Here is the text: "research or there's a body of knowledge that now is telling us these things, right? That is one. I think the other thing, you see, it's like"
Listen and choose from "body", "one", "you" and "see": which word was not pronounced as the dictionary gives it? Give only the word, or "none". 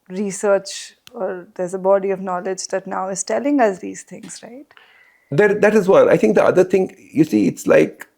one